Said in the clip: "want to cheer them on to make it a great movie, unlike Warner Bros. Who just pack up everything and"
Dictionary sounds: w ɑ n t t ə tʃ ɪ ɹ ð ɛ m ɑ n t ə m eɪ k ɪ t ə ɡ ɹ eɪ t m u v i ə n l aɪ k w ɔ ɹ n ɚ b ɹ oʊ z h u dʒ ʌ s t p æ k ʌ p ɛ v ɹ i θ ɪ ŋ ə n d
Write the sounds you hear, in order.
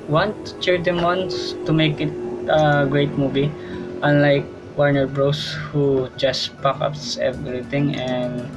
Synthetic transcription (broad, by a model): w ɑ n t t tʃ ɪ ɹ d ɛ m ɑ n t ə m eɪ k ɪ t ə ɡ ɹ eɪ t m u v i ə n l aɪ k w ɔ ɹ n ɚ b ɹ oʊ s h u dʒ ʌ s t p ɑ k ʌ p ɛ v ɹ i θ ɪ ŋ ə n d